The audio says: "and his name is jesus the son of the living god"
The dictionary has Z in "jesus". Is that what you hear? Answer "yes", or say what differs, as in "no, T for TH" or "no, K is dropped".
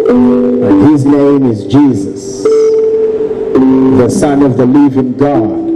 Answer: yes